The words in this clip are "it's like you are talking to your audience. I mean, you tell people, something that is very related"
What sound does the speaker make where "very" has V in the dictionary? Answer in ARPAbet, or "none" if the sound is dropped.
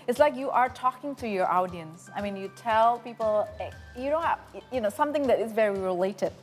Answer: V